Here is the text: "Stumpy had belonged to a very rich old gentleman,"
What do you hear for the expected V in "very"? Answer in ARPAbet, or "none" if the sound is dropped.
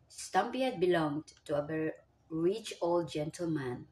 B